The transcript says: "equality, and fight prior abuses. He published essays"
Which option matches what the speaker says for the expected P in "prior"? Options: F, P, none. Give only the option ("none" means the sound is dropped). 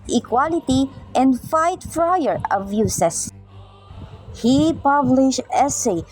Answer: F